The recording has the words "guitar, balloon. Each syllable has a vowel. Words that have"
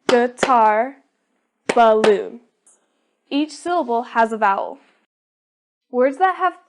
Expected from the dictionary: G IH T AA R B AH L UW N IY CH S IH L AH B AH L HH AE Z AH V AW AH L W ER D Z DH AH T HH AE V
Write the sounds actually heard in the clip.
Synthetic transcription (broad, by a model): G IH T AA R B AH L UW IY CH S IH L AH B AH L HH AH Z AH V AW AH L W ER D Z DH AH T HH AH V